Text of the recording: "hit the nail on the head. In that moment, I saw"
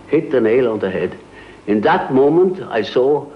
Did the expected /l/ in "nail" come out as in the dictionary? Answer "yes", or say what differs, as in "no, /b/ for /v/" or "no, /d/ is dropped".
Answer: yes